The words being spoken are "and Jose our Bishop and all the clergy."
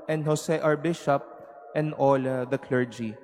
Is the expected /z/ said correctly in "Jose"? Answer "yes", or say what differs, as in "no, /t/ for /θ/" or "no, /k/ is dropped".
no, /s/ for /z/